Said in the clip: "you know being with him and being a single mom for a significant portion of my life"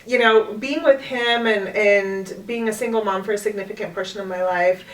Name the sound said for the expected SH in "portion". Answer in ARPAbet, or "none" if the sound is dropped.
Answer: S